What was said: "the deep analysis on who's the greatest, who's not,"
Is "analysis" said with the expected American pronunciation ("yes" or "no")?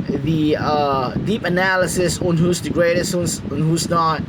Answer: yes